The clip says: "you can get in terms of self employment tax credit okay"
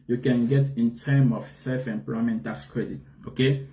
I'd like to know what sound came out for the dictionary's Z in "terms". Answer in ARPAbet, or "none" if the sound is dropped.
none